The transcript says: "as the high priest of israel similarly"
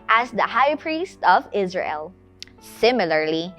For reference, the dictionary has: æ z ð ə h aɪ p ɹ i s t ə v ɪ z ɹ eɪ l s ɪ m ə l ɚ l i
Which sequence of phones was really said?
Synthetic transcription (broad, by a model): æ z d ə h aɪ p ɹ i s t ə v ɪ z ɹ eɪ l s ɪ m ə l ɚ l i